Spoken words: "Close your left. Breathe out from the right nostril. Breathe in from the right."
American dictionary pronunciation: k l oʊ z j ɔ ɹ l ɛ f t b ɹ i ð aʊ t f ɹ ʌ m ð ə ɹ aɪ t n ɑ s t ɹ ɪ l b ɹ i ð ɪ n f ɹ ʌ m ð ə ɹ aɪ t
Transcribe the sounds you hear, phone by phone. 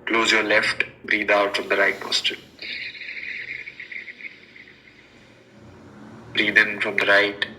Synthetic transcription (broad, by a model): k l oʊ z j ɔ ɹ l ɛ f t b ɹ i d aʊ t f ɹ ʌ m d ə ɹ aɪ t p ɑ s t ɪ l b ɹ i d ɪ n f ɹ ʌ m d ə ɹ aɪ t